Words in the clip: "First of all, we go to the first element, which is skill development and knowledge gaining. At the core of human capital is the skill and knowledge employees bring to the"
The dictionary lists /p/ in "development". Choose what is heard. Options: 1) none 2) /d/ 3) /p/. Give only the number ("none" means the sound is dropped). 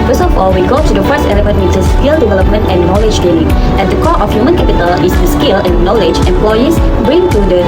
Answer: 3